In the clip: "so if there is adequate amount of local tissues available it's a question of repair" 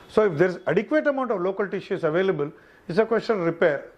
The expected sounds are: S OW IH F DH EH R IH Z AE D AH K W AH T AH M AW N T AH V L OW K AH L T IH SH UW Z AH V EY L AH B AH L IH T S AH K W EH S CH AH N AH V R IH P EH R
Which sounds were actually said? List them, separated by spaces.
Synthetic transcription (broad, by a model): S OW IH F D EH R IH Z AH D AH K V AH T AH M AW N T AH V L OW K AH L T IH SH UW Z AH V EY L AH B AH L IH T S AH K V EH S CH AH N R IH P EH R